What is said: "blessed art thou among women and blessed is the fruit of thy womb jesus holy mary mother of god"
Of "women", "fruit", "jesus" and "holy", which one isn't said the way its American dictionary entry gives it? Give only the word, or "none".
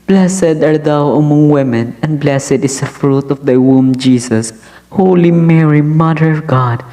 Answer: jesus